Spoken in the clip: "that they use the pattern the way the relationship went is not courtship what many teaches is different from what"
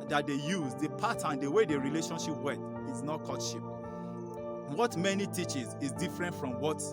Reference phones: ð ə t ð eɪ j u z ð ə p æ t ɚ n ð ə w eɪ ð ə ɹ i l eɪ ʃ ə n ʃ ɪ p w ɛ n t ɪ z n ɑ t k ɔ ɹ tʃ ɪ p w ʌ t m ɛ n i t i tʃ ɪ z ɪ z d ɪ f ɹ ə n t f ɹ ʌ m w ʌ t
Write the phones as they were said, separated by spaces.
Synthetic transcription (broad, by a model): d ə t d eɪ j u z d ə p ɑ t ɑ n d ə w eɪ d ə ɹ i l eɪ ʃ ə n ʃ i p w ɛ t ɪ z n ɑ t k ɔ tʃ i p w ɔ t m ɛ n i t i tʃ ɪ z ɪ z d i f ɹ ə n t f ɹ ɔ m w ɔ t